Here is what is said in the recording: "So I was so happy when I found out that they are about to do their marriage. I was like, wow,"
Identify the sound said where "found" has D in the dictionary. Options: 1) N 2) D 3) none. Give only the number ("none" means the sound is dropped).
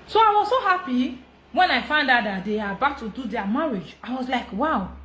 2